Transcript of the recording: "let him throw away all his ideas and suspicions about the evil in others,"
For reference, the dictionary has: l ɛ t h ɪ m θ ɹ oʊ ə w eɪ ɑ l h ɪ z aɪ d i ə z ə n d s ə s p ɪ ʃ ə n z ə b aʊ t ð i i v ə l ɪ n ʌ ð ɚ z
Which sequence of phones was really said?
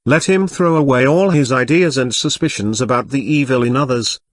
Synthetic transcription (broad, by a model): l ɛ t h ɪ m θ ɹ oʊ ə w eɪ ɑ l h ɪ z aɪ d i ə z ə n s ə s p ɪ ʃ ə n z ə b aʊ t ð i i v ə l ɪ n ʌ ð ɚ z